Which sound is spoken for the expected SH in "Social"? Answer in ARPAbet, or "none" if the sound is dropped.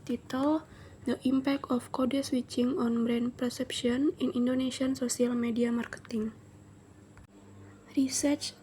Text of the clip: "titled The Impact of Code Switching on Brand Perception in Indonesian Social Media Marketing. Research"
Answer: S